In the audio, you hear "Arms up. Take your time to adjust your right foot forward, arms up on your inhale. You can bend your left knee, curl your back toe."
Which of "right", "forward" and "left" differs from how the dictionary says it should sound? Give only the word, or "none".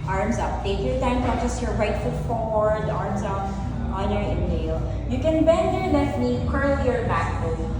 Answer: left